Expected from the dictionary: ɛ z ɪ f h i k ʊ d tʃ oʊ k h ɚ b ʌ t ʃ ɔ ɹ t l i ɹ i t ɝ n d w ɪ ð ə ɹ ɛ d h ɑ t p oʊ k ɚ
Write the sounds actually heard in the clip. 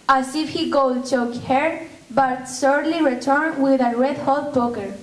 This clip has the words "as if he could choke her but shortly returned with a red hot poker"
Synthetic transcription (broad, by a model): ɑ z ɪ f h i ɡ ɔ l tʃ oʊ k h ɚ b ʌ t s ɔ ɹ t l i ɹ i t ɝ n w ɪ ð ə ɹ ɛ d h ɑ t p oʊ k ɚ